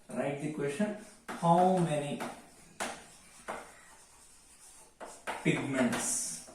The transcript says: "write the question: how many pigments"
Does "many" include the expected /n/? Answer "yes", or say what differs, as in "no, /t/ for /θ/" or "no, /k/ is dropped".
yes